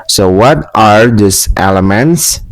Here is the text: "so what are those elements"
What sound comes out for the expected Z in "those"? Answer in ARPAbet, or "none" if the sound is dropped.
S